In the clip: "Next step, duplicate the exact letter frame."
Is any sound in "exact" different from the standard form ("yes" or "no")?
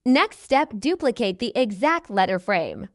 no